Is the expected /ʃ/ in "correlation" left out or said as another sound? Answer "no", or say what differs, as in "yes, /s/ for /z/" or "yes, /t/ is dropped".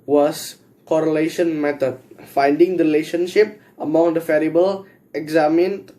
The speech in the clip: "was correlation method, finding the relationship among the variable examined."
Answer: no